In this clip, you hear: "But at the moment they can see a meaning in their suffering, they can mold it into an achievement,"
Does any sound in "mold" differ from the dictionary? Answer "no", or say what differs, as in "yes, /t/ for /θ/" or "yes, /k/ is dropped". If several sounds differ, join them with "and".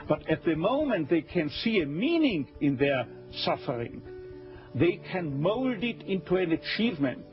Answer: no